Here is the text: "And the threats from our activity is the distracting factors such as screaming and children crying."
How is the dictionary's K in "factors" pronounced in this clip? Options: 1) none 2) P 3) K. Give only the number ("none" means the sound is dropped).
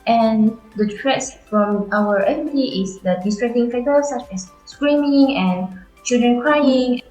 1